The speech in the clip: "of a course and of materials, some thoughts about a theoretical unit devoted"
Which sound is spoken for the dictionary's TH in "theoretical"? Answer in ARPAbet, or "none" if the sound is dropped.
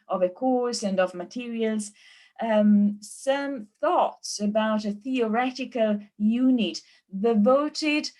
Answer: TH